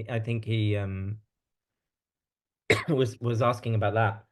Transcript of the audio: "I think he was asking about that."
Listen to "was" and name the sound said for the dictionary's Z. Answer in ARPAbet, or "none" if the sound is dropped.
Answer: Z